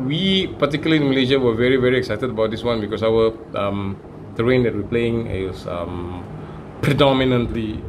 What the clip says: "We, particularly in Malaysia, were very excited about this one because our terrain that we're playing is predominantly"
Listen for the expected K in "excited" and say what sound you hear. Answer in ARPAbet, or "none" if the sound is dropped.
K